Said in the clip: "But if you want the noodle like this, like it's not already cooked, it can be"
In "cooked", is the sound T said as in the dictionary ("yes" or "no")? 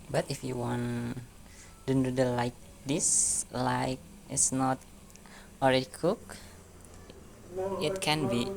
no